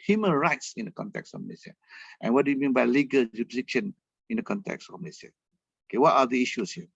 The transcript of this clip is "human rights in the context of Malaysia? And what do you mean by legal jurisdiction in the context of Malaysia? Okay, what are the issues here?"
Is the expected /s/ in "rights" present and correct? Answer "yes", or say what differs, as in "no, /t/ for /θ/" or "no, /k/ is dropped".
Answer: yes